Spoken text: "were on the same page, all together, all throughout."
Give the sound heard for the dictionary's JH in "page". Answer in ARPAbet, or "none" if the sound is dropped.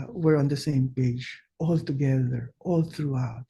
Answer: JH